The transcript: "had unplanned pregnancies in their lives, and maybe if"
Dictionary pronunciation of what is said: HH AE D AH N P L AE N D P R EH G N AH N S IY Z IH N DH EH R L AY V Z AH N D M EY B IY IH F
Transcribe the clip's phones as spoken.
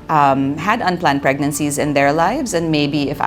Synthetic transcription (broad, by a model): HH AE D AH N P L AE N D P R EH G N AH N S IY Z IH N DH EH R L AY V Z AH N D M EY B IY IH F